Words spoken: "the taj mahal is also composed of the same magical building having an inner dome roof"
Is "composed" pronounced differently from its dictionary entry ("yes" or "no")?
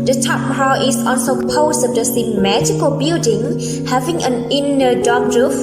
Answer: yes